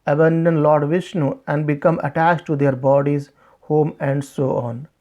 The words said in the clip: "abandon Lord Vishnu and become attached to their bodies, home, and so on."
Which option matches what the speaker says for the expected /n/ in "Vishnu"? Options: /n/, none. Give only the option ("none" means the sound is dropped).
/n/